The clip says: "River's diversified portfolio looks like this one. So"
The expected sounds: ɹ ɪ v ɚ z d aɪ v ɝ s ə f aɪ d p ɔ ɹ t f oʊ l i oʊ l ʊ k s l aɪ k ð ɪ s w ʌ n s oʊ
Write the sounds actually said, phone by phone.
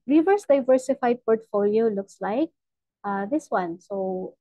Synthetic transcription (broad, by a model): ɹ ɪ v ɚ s d aɪ v ɝ s ə f aɪ d p ɔ ɹ t f oʊ l i oʊ l ʊ k s l aɪ k ð ɪ s w ʌ n s oʊ